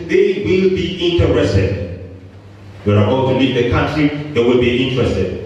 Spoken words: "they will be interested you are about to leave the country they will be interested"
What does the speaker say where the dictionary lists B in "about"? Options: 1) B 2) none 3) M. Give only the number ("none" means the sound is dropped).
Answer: 2